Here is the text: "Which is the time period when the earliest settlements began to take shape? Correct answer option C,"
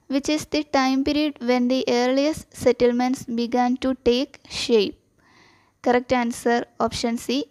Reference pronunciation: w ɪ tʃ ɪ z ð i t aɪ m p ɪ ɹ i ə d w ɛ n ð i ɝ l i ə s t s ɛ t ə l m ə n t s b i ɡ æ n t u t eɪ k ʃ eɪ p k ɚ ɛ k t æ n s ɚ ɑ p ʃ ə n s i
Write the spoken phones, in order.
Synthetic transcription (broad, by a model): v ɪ tʃ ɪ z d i t aɪ m p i ɹ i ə d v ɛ n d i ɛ l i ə s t s ɛ t ə l m ə n t s b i ɡ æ n t u t eɪ k ʃ eɪ p k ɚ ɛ k t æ n s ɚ ɑ p ʃ ə n s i